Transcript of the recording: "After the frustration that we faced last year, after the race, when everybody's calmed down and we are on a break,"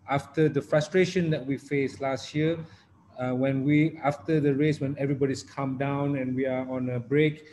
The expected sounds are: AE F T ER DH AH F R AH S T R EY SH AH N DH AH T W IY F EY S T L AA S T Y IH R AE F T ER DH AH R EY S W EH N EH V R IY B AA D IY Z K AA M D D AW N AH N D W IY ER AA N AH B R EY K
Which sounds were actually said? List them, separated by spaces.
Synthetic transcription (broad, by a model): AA F T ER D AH F R AH S T R EY SH AH N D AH T W IY F EY S L AA S T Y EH W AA F T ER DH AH R EY S W EH N EH V R IY B AA D IY S K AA M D D AW N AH N W IY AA AA N AH B R EY K